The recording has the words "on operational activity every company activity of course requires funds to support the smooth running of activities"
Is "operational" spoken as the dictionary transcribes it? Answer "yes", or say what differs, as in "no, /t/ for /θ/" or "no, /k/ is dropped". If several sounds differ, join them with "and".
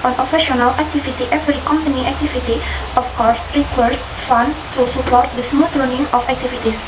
no, /f/ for /p/